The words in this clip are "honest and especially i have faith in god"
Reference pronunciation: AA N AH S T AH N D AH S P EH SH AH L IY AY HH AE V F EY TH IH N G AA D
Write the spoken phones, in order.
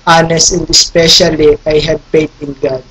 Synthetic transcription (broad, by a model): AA N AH S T AH N D AH S P EH SH AH L IY AY HH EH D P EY T IH N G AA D